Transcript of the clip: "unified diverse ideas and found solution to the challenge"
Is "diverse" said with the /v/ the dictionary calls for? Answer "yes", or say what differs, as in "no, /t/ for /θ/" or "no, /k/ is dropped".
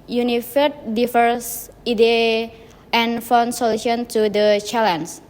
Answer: no, /f/ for /v/